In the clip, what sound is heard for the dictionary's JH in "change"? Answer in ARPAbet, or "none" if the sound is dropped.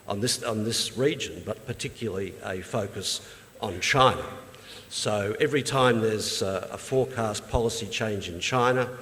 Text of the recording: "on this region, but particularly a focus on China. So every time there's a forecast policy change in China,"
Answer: JH